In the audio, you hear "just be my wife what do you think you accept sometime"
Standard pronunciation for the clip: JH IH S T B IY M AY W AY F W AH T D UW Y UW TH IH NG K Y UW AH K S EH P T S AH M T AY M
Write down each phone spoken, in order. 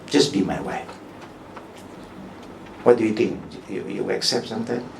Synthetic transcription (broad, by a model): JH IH S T B IY M AY W AY F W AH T D UW Y UW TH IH NG K Y UW AH K S EH P T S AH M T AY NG